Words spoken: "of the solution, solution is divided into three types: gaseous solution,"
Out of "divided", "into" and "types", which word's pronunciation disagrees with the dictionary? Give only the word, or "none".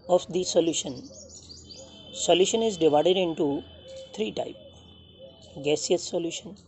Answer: types